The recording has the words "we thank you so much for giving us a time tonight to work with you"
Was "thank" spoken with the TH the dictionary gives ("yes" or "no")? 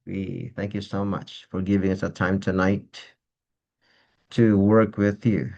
yes